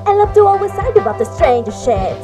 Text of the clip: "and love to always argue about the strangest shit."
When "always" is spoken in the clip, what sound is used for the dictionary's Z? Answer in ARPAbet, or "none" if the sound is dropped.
S